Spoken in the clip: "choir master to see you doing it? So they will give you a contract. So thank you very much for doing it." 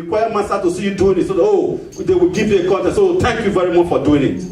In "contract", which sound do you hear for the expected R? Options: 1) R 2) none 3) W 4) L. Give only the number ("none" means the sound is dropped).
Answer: 2